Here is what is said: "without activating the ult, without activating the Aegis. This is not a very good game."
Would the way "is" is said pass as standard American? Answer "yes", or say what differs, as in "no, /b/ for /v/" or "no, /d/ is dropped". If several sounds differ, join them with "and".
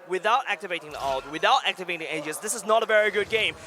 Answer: yes